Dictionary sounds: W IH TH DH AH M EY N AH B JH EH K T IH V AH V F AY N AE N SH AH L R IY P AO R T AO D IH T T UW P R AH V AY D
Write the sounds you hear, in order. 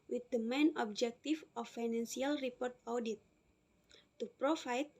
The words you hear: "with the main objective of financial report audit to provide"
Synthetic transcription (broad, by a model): W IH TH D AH M EY N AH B JH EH K T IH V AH F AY N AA N S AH L R IY P AO R T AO D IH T T UW P R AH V AY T